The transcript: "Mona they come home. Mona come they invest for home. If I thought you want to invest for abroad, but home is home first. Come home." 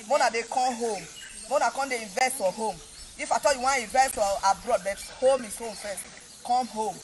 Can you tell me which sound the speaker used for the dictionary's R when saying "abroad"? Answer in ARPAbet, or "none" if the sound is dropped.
R